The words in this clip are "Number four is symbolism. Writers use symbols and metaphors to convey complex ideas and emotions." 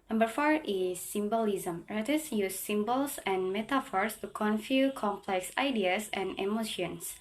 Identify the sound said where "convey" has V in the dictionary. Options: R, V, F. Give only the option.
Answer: F